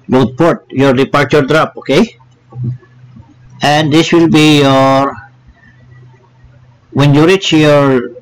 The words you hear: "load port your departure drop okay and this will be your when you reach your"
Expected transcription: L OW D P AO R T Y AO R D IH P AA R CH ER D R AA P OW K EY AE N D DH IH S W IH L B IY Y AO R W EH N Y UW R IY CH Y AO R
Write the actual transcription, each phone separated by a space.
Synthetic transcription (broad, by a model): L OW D P AO R T Y AO R D IH P AA R CH ER D R AA P OW K EY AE N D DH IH S W IH L B IY Y AO R W EH N Y UW R IY CH Y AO R